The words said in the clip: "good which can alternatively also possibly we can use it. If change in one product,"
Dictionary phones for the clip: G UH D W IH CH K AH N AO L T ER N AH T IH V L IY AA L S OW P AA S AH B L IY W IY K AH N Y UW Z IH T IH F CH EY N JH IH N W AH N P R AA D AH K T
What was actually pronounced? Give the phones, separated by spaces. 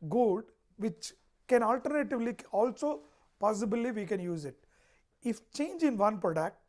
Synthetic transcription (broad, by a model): G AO D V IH CH K AH N AO L T ER N AH T IH V L IY AA L S OW P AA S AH B L IY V IY K AH N Y UW Z IH T IH F CH EY N JH IH N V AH N P R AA D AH K T